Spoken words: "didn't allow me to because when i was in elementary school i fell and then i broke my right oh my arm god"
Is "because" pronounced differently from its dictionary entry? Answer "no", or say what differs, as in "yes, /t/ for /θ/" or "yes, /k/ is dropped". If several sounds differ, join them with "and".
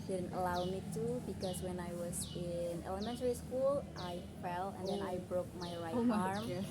yes, /s/ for /z/